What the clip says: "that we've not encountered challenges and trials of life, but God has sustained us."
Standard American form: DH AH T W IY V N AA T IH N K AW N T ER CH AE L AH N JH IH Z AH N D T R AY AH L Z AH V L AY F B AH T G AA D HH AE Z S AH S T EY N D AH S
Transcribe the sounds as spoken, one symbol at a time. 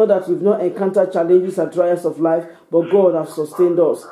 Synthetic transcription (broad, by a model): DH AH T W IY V N AA T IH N K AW N T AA CH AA L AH N JH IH S AH N D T R AY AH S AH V L AY F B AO T G AA D HH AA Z S AH S T EY N D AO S